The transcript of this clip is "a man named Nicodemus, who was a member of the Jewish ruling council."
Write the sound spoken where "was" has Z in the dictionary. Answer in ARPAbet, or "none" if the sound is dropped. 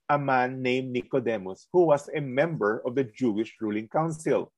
S